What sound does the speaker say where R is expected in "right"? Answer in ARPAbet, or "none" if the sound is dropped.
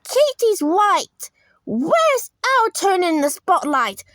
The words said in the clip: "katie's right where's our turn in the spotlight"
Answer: W